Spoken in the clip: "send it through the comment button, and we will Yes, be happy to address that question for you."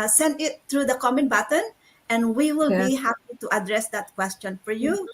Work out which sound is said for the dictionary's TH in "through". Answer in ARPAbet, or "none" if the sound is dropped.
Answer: T